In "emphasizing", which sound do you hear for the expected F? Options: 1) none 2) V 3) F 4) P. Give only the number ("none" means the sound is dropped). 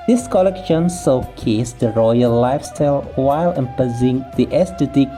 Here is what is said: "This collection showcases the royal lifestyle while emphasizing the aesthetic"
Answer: 4